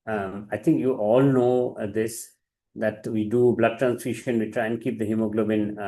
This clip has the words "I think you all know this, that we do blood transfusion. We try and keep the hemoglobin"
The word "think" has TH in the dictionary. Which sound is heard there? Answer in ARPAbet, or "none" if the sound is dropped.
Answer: T